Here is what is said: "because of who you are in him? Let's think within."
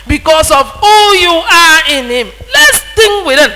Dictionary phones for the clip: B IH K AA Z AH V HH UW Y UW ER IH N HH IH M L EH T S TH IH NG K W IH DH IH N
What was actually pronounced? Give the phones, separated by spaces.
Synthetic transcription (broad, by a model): B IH K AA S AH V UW Y UW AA IH N HH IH M L EH T S T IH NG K W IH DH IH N